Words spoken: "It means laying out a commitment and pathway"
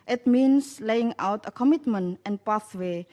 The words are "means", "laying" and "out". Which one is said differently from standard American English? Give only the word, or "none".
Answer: means